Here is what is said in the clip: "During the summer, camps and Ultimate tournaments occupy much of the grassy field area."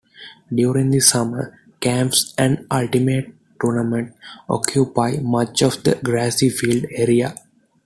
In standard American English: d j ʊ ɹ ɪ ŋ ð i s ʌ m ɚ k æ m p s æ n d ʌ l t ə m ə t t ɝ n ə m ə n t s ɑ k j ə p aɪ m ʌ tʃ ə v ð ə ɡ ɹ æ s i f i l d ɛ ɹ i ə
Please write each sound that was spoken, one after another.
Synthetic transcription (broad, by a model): d j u ɹ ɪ ŋ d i s ʌ m ɚ k æ m p s æ n d ʌ l t ə m ə t t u n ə m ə n t ɑ k j ə p aɪ m ʌ tʃ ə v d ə ɡ ɹ æ s i f i l d ɛ ɹ i ə